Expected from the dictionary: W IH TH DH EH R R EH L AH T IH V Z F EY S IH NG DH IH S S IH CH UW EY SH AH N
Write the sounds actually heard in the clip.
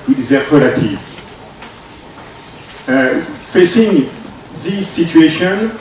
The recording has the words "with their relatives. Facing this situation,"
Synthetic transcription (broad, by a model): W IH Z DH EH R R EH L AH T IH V F EY S IH NG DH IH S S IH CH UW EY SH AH N